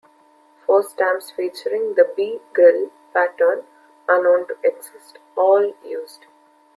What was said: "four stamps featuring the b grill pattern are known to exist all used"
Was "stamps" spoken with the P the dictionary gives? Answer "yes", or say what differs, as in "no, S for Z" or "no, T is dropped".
no, P is dropped